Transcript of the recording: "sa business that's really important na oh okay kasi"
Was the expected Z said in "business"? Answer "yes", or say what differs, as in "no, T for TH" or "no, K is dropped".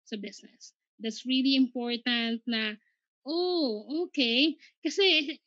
no, S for Z